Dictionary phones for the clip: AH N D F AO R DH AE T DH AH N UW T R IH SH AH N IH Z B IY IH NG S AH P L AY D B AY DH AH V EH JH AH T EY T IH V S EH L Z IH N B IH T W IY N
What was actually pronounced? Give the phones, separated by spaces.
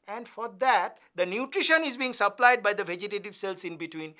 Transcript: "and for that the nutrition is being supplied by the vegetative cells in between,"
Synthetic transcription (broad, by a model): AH N D F AO R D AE T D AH N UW T R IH SH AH N IH Z B IY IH NG S AH P L AY D B AY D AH V EH JH AH T EY T IH V S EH L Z IH N B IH T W IY N